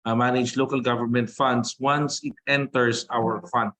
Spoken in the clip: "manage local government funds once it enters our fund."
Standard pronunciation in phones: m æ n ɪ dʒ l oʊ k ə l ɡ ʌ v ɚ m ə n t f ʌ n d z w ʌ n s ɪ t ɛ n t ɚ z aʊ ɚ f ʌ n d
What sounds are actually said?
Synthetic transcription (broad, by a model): m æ n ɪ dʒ l oʊ k ə l ɡ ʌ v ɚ m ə n t f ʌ n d s w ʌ n s ɪ t ɛ n t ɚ s aʊ ɚ f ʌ n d